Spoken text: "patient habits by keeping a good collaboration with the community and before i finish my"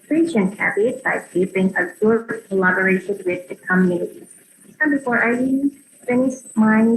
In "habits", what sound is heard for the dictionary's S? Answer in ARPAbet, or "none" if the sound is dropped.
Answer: none